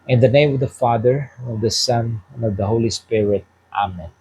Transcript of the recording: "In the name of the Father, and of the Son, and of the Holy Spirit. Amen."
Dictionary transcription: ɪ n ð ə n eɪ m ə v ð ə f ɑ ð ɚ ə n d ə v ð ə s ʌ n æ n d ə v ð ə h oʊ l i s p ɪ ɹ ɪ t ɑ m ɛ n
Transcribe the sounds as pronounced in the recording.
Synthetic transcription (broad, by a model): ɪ n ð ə n eɪ m ə v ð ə f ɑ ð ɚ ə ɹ ə v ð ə s ʌ n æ n ə v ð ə h oʊ l i s p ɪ ɹ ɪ t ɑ m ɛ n